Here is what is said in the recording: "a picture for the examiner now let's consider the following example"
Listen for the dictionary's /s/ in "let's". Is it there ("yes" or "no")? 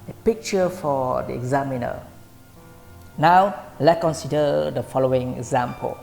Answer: no